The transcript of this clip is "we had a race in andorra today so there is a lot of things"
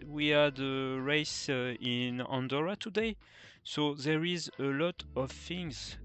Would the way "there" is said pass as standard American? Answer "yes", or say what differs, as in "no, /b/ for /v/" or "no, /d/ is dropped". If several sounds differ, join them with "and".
yes